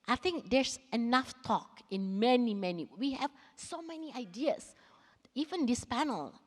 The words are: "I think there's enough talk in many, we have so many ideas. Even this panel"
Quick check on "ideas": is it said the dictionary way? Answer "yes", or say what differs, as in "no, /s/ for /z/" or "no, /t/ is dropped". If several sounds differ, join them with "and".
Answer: no, /s/ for /z/